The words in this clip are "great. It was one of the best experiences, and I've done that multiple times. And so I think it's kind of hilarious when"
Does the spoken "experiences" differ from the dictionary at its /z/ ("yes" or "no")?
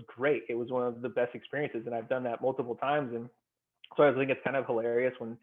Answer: no